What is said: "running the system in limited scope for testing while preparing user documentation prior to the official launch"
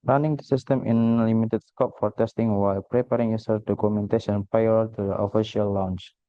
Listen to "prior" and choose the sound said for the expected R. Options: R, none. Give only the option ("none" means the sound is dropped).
none